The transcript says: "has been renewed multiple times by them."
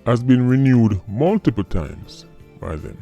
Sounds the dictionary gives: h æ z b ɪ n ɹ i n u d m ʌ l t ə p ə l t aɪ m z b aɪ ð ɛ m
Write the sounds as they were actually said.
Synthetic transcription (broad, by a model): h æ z b ɪ n ɹ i n u d m ʌ l t ə p ə l t aɪ m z b aɪ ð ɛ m